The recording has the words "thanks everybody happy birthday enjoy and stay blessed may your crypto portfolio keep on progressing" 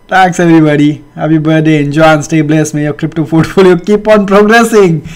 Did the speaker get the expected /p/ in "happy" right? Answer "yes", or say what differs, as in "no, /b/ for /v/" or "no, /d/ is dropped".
no, /b/ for /p/